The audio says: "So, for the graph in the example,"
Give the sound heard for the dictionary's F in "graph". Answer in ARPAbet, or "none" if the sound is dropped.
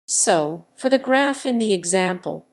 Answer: F